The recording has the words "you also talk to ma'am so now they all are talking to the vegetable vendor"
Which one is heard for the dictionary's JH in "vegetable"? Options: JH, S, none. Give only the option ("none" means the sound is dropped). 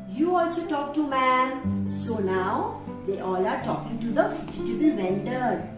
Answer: none